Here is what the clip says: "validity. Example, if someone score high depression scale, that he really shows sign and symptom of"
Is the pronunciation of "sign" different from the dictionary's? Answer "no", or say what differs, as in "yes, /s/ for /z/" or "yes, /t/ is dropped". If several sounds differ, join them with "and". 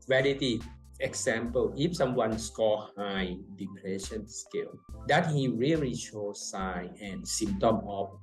yes, /n/ is dropped